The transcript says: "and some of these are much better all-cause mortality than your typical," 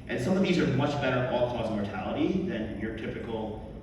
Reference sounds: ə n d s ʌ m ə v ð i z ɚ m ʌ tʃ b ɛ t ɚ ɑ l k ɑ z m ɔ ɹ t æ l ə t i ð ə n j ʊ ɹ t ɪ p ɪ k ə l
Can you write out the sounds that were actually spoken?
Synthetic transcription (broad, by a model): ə n s ʌ m ə v ð i z ɚ m ʌ tʃ b ɛ t ɚ ɑ l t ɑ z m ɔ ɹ t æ l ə t i ð ə n j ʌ ɹ t ɪ p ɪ k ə l